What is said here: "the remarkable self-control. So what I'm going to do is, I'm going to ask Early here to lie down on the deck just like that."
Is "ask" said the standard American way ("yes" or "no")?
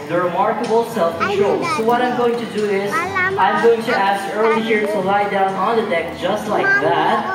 yes